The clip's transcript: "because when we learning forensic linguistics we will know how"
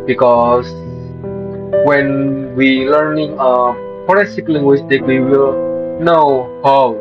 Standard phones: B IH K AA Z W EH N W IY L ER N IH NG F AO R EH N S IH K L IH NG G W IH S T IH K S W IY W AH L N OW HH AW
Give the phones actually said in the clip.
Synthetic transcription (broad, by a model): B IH K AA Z W EH N W IY L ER N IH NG P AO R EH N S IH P L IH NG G W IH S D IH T W IY W AH L N OW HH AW